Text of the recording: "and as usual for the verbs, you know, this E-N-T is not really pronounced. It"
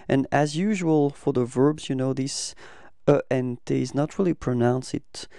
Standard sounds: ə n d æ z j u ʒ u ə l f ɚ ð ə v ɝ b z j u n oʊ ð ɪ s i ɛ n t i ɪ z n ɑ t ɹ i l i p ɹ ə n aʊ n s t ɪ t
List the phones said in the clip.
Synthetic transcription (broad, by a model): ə n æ z j u ʒ u ə l f ɚ ð ə v ɝ b z j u n oʊ ð ɪ s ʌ ɛ n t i ɪ z n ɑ t ɹ i l i p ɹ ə n aʊ n s ɪ t